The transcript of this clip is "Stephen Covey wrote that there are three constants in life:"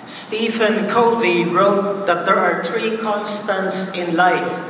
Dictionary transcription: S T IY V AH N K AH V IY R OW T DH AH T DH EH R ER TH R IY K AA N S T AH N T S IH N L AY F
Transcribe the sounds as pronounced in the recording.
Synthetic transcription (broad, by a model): S T IY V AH N K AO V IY R OW T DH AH T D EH R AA T R IY K AA N S T AH N T S IH N L AY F